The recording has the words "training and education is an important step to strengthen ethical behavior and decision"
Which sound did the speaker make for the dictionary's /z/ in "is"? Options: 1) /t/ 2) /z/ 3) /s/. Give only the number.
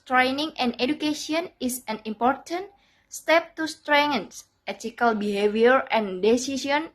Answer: 3